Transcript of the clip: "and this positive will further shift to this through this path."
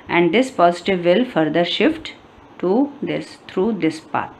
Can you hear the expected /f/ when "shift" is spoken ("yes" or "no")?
yes